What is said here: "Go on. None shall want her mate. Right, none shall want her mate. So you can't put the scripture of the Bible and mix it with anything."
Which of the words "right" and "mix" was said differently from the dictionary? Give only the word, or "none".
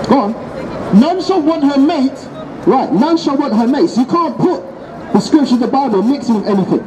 none